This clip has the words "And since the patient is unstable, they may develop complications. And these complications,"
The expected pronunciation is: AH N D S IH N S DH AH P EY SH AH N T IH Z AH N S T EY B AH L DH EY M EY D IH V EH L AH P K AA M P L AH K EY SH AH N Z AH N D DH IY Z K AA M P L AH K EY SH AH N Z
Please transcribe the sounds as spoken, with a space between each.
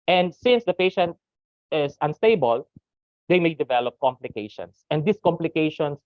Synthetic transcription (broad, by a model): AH N D S IH N S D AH P EY SH AH N T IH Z AH N S T EY B AH L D EY M EY D IH V EH L AH P K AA M P L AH K EY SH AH N S AH N D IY S K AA M P L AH K EY SH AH N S